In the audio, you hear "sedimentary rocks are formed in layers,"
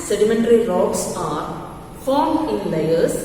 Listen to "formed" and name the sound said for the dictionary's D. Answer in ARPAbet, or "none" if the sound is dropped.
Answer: none